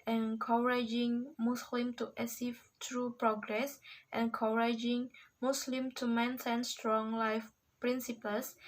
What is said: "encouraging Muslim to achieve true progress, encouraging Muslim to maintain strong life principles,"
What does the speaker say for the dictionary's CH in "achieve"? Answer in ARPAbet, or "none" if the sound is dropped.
S